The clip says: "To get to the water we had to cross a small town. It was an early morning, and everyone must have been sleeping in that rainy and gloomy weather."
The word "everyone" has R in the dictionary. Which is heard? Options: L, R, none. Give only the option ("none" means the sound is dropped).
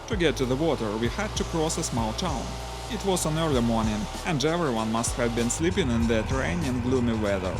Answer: R